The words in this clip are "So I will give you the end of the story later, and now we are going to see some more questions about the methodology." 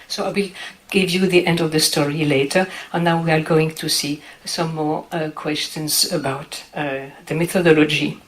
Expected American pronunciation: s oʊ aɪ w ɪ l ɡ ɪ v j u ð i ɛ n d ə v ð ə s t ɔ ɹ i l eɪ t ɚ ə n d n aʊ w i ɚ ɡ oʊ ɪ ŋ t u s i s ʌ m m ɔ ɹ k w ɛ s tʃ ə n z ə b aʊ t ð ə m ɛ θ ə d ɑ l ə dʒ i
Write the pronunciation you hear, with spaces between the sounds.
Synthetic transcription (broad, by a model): s oʊ aɪ w ɪ l ɡ ɪ v j u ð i ɛ n d ə v ð ə s t ɔ ɹ i l eɪ t ɚ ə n n aʊ w i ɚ ɡ oʊ ɪ ŋ t u s i s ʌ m m ɔ ɹ k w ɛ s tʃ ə n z ə b aʊ t ð ə m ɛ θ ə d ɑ l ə dʒ i